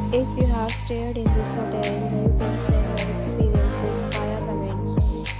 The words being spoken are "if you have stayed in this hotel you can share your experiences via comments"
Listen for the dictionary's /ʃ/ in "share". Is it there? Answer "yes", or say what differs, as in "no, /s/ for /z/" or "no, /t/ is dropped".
no, /s/ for /ʃ/